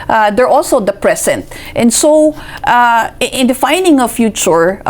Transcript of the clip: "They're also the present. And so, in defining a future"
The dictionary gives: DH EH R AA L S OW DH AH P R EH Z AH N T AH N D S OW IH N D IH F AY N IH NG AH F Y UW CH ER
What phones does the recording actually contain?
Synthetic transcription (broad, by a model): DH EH R AA L S OW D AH P R EH S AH N T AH N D S OW IH N D IH F AY N IH NG AH F Y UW CH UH